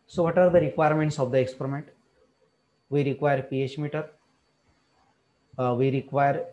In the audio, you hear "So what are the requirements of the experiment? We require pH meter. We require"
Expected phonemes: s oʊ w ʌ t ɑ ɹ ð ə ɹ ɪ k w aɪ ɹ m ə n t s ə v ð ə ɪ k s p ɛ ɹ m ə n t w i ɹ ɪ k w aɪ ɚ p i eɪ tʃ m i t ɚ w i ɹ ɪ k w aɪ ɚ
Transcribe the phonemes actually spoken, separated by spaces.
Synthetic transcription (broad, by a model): s oʊ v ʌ t ɑ ɹ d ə ɹ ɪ k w aɪ ɹ m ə n t s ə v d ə ɪ k s p ɛ ɹ m ə n t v i ɹ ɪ k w aɪ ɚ p i eɪ tʃ m i t ɚ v i ɹ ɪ k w aɪ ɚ